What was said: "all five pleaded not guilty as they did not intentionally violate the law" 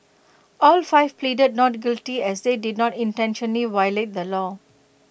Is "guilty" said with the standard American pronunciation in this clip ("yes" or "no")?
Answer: yes